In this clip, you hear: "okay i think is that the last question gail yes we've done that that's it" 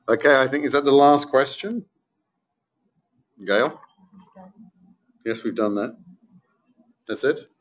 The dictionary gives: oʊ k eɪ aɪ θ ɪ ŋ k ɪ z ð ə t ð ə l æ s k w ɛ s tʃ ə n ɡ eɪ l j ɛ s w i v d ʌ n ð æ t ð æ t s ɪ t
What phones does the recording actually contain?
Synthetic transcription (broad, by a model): oʊ k eɪ aɪ θ ɪ ŋ k ɪ z ð ə t ð ə l æ s k w ɛ s tʃ ə n ɡ eɪ l j ɛ s w i v d ʌ n ð æ t ð æ t s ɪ t